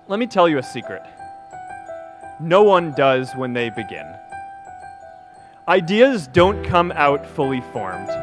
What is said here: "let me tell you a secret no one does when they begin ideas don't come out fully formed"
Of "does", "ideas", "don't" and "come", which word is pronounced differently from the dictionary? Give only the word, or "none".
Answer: none